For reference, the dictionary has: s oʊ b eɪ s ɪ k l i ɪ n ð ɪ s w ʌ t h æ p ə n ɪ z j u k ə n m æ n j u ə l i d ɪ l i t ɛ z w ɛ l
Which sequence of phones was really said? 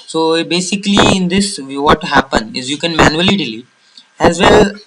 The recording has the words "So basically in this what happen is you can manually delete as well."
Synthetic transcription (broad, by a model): s oʊ b eɪ s ɪ k l i ɪ n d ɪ s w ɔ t h æ p ə n ɪ z j u k ə n m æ n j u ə l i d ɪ l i ɛ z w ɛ l